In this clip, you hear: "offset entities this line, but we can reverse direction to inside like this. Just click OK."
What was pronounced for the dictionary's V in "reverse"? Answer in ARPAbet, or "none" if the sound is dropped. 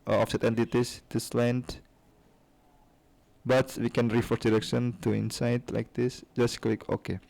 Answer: F